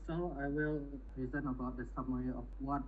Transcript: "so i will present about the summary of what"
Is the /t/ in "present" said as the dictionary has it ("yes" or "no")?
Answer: no